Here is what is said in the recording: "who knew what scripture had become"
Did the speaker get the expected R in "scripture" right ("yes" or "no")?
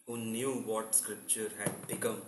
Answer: yes